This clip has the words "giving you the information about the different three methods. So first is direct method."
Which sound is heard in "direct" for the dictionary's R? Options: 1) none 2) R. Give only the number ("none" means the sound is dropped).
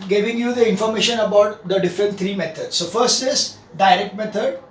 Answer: 2